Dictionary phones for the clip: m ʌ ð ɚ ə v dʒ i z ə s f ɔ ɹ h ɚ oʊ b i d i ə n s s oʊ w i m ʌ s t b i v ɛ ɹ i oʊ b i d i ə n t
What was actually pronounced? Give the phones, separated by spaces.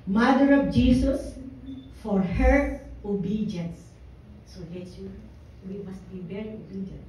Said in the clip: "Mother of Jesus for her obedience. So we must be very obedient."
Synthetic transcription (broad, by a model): m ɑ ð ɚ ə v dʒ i s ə s f ɔ ɹ h ɚ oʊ b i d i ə n s s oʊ w i m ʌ s t b i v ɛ ɹ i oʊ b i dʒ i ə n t